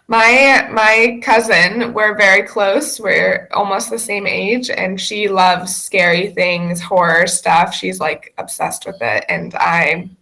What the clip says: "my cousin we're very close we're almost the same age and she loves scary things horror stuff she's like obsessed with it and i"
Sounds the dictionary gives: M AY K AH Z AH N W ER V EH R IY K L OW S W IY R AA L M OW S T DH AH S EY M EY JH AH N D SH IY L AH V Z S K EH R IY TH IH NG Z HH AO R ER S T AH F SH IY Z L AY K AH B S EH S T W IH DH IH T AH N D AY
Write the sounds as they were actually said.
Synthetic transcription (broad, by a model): M AY K AH Z AH N W ER V EH R IY K L OW S W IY R AA L M OW S T DH AH S EY M EY JH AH N SH IY L AH V Z S K EH R IY TH IH NG Z HH AO R ER S T AH F SH IY Z L AY K AH B S EH S T W IH DH IH T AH N AY